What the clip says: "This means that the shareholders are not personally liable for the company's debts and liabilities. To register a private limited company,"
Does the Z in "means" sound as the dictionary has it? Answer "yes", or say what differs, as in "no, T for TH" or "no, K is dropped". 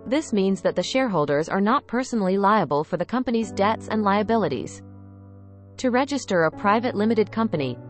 yes